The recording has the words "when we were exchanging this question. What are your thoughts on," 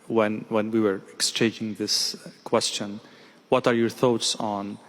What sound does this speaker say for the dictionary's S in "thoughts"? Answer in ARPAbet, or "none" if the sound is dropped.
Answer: S